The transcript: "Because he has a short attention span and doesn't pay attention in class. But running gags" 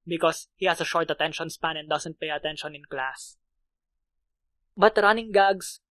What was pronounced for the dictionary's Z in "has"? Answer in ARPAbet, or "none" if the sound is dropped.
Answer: S